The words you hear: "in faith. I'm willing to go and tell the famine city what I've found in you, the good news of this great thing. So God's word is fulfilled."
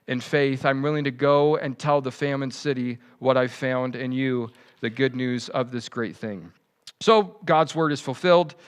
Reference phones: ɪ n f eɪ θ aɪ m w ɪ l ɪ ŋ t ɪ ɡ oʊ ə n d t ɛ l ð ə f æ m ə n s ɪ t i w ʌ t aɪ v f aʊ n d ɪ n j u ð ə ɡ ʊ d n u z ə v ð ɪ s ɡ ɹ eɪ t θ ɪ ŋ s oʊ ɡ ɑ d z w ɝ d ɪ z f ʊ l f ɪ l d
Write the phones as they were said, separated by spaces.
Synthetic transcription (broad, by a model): ɪ n f eɪ θ aɪ m w ɪ l ɪ ŋ t ɪ ɡ oʊ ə n t ɛ l ð ə f æ m ə n s ɪ t i w ʌ t aɪ v f aʊ n d ɪ n j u ð ə ɡ ʊ d n u z ə v ð ɪ s ɡ ɹ eɪ t θ ɪ ŋ s oʊ ɡ ɑ d z w ɝ d ɪ z f l f ɪ l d